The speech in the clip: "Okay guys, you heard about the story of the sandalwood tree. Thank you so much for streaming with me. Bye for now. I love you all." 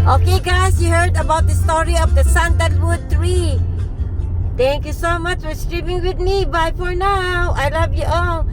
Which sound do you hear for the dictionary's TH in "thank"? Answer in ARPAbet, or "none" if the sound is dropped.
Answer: T